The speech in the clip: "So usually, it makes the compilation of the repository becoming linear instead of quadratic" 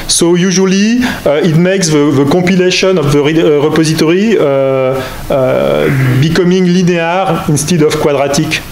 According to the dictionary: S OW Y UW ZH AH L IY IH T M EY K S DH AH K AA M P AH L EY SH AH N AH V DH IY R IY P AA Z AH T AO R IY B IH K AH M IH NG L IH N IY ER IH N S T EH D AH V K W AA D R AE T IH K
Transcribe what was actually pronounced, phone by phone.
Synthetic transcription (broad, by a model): S OW Y UW ZH AH L IY IH T M EY K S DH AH K AA P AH L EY SH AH N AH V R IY R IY P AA Z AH T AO R IY B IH K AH M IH NG L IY N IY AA IH N S T EH D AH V K W AA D R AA T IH K